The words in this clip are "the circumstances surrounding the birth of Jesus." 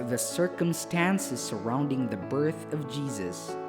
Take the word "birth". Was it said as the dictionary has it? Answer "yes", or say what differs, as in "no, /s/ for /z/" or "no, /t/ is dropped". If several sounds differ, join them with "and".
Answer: yes